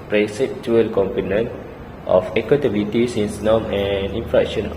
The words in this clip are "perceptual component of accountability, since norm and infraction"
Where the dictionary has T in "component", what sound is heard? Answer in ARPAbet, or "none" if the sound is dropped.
T